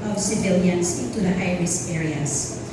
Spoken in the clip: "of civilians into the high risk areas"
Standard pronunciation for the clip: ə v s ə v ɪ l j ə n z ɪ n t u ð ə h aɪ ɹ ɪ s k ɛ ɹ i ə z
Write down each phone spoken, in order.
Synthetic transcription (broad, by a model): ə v s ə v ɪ l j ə n s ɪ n t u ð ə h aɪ ɹ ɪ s ɛ ɹ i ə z